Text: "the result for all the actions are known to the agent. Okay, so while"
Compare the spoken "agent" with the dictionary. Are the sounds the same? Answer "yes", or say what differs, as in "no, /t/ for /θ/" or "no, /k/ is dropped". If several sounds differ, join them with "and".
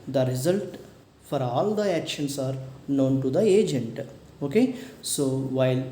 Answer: yes